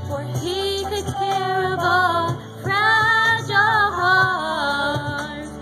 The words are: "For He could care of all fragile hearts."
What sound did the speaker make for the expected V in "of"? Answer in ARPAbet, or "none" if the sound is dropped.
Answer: B